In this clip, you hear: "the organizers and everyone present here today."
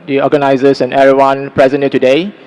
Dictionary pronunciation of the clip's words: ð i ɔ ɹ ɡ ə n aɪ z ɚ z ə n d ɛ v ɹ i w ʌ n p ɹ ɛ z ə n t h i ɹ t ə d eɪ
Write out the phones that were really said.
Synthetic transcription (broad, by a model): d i ɔ ɡ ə n aɪ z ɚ s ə n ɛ ɹ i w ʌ n p ɹ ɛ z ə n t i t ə d eɪ